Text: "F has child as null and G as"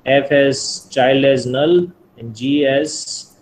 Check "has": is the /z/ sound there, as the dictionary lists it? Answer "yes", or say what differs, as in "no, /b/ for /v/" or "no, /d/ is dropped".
no, /s/ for /z/